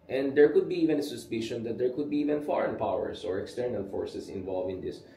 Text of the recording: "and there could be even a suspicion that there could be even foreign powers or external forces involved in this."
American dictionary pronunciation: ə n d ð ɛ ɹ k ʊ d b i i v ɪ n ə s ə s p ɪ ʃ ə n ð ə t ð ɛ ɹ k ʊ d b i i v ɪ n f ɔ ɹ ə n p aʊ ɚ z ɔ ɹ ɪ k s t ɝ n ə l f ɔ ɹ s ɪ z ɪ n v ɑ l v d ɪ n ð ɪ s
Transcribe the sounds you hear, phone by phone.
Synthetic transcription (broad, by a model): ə n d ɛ ɹ k ʊ d b i i v ɪ n ə s ə s p ɪ ʃ ə n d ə t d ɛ ɹ k ʊ d b i i v ɪ n f ɔ ɹ ə n p aʊ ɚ s ɔ ɹ ɪ k s t ɝ n ə l f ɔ ɹ s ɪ s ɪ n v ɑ l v ɪ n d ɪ s